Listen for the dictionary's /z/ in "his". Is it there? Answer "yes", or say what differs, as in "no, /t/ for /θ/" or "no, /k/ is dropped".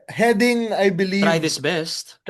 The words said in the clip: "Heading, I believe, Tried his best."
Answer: no, /s/ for /z/